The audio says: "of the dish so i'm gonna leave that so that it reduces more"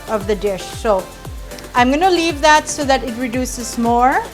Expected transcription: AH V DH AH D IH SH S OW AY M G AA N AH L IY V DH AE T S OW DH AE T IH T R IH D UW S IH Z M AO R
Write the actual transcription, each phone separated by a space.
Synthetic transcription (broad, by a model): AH V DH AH D IH SH S OW AY M G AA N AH L IY V DH AE T S OW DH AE T IH T R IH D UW S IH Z M AO R